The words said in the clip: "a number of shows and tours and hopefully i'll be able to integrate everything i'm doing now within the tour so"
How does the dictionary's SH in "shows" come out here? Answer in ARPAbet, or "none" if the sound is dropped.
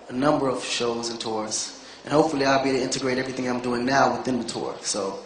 SH